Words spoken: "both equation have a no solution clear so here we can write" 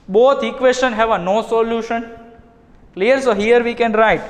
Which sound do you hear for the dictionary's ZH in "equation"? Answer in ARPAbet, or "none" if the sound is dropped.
S